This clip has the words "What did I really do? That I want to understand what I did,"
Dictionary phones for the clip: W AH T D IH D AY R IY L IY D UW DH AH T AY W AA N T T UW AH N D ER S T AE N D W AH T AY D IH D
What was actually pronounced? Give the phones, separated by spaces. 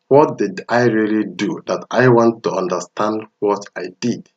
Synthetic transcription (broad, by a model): W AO T D IH D AY R IY L IY D UW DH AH T AY W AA N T T UW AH N D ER S T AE N D W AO T AY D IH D